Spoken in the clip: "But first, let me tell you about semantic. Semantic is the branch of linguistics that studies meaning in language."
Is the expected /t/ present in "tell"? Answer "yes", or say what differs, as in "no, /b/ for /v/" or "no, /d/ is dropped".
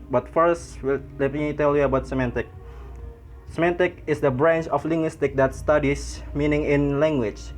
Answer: yes